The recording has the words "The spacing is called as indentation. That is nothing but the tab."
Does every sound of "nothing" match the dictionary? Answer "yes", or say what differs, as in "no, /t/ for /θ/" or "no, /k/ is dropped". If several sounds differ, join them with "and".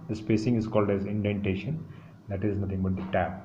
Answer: no, /t/ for /θ/